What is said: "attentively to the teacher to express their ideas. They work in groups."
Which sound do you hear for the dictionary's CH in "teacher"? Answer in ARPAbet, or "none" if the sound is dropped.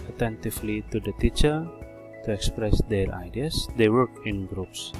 CH